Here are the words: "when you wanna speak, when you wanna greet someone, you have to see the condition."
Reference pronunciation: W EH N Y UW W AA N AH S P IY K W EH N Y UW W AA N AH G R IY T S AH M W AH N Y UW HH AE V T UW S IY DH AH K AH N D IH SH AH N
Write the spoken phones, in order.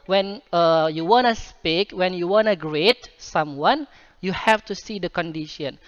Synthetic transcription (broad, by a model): W EH N Y UW W AA N AH S P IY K W EH N Y UW W AA N AH G R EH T S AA M W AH N Y UW HH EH F T UW S IY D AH K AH N D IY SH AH N